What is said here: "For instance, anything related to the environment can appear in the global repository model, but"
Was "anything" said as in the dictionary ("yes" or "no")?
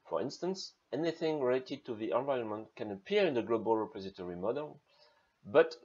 yes